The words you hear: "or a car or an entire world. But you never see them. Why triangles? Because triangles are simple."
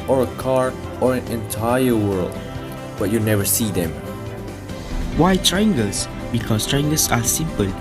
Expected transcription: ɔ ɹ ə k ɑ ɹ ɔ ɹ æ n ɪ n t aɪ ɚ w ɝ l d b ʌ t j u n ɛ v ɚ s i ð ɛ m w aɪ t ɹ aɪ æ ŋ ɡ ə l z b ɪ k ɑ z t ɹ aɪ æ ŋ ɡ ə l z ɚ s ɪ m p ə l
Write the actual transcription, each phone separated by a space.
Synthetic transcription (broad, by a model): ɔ ɹ ə k ɑ ɹ ɔ ɹ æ n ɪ n t aɪ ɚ w ɝ l d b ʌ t j u n ɛ v ɚ s i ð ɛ m w aɪ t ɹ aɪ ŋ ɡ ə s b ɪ k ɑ s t ɹ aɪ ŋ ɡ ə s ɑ s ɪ m p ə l